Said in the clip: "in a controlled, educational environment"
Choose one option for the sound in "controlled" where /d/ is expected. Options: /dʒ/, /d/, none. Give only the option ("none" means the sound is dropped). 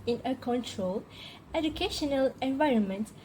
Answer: none